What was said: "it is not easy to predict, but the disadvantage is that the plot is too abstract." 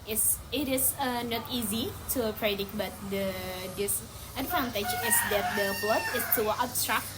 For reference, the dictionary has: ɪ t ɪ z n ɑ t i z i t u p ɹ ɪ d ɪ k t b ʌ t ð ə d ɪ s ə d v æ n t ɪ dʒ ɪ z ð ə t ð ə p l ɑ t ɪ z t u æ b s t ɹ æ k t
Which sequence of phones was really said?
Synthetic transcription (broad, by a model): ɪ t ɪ s n ɑ t i z i t u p ɹ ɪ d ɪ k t b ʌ t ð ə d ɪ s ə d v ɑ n t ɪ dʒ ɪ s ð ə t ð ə b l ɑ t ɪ s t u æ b s t ɹ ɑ k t